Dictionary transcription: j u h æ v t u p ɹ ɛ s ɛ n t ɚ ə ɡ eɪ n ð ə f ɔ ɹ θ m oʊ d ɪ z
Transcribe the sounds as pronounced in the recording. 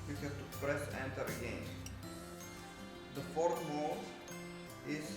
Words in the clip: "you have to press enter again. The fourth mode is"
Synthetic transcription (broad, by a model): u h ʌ t u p ɹ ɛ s ɛ n t ɚ ə ɡ eɪ n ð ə f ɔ ɹ t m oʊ ɪ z